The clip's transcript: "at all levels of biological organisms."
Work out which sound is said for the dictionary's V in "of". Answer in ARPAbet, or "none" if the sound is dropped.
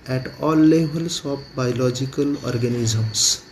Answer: P